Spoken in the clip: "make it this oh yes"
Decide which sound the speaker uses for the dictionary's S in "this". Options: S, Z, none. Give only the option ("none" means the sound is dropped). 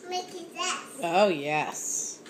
none